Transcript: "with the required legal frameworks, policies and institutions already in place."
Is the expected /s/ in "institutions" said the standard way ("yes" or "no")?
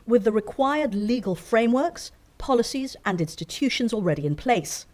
yes